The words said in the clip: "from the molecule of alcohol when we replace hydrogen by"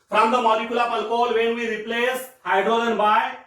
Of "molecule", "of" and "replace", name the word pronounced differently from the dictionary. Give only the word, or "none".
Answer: of